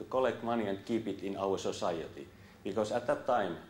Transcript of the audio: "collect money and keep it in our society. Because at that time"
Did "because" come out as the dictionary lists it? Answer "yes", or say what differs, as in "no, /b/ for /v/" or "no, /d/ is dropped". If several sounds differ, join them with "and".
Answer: no, /s/ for /z/